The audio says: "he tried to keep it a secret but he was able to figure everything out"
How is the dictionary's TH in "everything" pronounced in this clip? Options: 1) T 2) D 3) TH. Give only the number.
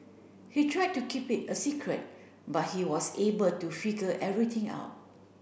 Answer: 1